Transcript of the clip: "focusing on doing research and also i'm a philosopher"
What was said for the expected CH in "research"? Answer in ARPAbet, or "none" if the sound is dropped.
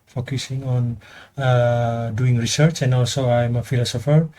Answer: CH